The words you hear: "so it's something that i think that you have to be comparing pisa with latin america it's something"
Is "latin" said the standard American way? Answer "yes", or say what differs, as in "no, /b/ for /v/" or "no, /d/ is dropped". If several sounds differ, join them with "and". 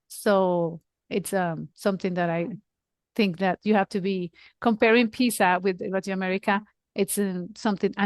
no, /n/ is dropped